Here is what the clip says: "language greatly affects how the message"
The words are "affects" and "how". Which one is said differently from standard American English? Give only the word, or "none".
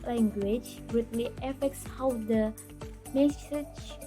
none